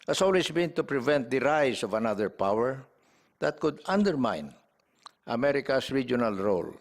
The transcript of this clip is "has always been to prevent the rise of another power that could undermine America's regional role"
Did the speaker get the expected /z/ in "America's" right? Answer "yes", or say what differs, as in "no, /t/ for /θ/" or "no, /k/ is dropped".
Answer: no, /s/ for /z/